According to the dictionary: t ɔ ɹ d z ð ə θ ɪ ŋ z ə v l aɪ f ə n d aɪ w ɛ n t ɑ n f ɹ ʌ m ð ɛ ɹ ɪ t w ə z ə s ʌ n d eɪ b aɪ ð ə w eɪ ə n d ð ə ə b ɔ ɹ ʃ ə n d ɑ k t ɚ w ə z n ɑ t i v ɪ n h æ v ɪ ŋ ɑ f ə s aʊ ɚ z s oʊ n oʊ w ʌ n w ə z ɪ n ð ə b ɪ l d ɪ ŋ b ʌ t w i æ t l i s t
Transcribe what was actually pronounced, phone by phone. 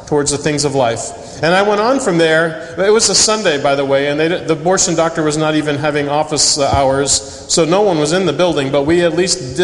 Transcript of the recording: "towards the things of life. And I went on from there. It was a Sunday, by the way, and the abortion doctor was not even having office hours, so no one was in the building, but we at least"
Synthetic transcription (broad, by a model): t ɔ ɹ d z ð ə θ ɪ ŋ z ə v l aɪ f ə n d aɪ w ɛ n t n f ɹ ʌ m ð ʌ ɹ ɪ t w ə z ə s ʌ n d eɪ b aɪ ð ə w eɪ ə n ð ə ə b ɔ ɹ ʃ ə n d ɑ k t ɚ w ə z n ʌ t i v ɪ n h æ v ɪ ŋ ɑ f ə s aʊ ɚ z s oʊ n oʊ w ʌ n w ə z ɪ n ð ə b ɪ l d ɪ ŋ b ʌ t w i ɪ t l i s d